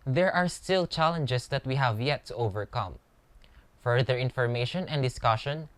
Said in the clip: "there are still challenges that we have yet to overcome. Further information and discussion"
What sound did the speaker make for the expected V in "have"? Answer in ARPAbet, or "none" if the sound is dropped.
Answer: V